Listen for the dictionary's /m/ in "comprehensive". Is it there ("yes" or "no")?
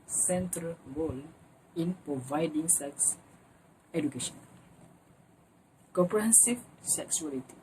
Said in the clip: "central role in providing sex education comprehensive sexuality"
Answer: no